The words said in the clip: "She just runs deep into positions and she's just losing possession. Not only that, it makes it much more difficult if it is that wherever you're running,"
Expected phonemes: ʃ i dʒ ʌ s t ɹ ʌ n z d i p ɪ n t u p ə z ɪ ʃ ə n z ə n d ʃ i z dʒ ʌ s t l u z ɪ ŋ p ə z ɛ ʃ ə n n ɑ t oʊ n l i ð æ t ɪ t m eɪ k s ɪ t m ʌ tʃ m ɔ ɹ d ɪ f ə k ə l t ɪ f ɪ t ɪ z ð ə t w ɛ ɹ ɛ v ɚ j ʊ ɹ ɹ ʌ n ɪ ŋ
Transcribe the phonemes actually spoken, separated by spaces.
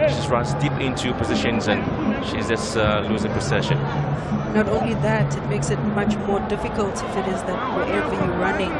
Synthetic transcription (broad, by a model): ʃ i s ɹ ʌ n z d i p ɪ n t u p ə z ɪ ʃ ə n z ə n ʃ i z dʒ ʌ s l u z ɪ ŋ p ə s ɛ ʃ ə n n ɑ t oʊ n l i ð æ t ɪ t m eɪ k s ɪ t m ʌ tʃ m ɔ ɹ d ɪ f ə k ə l t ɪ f ɪ t ɪ z ð ə t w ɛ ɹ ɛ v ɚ j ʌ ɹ ɹ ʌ n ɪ ŋ